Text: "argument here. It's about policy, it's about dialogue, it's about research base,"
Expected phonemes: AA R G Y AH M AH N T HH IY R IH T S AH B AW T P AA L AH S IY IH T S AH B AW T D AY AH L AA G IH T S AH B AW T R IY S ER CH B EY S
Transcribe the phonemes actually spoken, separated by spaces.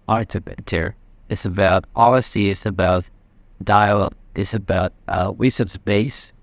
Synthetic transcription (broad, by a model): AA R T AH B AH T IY R IH T S AH B AW T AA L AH S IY IH T S AH B AW T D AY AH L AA IH T S AH B AW T W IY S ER S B EY S